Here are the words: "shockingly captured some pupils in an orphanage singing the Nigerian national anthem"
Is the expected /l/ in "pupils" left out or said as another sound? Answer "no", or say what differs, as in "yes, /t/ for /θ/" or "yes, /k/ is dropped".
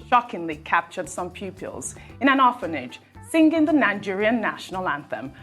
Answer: no